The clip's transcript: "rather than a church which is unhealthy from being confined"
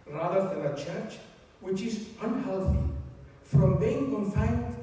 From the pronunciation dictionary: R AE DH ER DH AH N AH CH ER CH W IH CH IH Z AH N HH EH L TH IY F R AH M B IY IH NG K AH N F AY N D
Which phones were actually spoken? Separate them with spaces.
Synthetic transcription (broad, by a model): R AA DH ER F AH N AH CH ER CH W IH CH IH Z AH N HH EH L TH IY F R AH M B IY IH NG K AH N F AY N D